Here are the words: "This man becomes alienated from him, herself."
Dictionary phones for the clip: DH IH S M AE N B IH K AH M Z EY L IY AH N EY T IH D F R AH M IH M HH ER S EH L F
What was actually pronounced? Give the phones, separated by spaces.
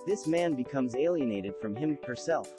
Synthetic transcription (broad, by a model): DH IH S M AE N B IH K AH M Z EY L IY AH N EY T IH D F R AH M IH M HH ER S EH L F